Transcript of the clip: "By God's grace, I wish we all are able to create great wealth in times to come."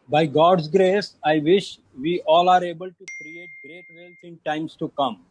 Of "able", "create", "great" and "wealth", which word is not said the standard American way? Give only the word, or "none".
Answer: wealth